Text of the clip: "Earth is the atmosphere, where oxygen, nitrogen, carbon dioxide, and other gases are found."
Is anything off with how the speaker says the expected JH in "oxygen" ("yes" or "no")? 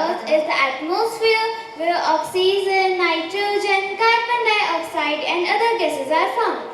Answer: yes